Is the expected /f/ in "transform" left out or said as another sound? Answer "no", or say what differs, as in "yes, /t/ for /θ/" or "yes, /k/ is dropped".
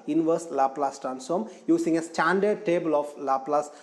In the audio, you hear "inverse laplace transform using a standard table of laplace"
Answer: yes, /f/ is dropped